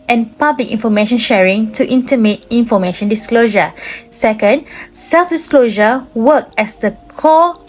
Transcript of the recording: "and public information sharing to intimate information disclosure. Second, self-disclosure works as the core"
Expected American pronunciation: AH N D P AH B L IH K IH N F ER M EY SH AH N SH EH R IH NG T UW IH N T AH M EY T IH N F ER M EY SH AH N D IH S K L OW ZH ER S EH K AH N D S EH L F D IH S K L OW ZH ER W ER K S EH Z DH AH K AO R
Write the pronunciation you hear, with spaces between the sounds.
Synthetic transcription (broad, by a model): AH N P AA B L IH K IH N F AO M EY SH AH N SH EH R IH NG T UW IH N T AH M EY T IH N F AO M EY SH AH N D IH S K L OW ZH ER S EH K AH N D S EH L F D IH S K L OW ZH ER W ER K EH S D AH K AO